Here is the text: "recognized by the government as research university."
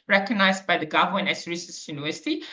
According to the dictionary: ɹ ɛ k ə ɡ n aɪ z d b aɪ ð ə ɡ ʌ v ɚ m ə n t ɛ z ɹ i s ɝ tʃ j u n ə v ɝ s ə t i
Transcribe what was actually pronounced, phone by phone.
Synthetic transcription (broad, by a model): ɹ ɛ k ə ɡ n aɪ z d b aɪ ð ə ɡ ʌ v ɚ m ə n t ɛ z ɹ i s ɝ s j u n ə v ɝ s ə t i